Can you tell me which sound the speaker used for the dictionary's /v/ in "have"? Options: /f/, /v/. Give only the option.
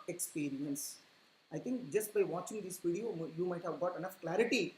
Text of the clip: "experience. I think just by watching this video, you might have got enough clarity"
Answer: /v/